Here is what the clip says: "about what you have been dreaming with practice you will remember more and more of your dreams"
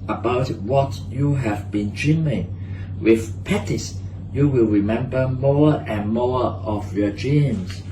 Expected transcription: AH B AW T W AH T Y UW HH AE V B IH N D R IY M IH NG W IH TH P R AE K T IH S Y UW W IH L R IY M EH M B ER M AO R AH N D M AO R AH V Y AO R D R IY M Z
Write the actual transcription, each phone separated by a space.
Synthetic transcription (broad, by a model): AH B AW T W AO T Y UW HH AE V B IH N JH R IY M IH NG W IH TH P AE T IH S Y UW W IH L R IY M EH M B ER M AO R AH N M AO R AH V Y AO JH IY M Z